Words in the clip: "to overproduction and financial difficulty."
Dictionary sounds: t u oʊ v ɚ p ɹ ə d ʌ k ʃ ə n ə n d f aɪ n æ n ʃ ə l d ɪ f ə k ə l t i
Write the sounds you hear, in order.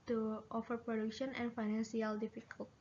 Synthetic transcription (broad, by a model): t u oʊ f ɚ p ɹ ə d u k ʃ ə n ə n f aɪ n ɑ n s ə l d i f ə k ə l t